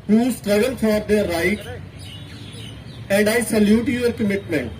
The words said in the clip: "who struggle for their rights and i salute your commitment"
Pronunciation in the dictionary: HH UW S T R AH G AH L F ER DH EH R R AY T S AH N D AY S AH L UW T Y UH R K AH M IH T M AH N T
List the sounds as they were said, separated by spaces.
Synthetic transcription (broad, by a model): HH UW S T R AH G AH L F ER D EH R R AY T AH N D AY S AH L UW T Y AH R K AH M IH T M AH N T